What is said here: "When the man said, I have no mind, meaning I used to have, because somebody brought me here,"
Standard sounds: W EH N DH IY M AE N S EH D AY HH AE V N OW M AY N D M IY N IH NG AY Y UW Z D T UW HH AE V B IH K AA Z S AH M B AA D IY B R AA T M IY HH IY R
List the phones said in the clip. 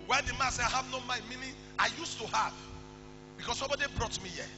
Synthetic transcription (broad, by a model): W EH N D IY M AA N S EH AY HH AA V N OW M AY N M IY N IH AY Y UW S T UW HH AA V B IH K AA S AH M B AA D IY B R AA T M IY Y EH